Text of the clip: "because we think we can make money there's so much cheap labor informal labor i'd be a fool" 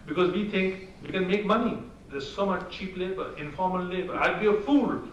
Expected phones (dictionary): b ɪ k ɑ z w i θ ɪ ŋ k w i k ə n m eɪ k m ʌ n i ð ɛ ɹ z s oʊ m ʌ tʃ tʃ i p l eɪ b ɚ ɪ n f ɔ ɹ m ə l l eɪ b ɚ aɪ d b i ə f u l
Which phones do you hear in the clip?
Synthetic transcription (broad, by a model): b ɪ k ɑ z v i t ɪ ŋ k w i k ə n m eɪ k m ʌ n i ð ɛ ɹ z s oʊ m ʌ tʃ tʃ i p l eɪ b ɚ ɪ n f ɔ ɹ m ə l l eɪ b ɚ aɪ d b i ə f u l